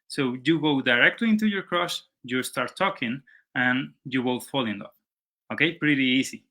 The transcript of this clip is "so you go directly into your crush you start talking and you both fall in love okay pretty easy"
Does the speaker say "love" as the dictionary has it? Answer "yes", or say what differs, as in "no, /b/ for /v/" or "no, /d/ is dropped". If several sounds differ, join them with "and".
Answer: no, /v/ is dropped